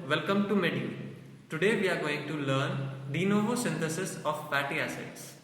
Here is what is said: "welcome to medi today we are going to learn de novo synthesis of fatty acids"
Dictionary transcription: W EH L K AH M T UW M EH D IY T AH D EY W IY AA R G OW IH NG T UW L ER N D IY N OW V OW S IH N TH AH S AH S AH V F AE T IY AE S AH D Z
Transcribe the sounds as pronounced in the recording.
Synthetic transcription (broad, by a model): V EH L K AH M T UW M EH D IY T AH D EY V IY AA R G OW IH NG T UW L ER N D IY N OW V OW S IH N T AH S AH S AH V P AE T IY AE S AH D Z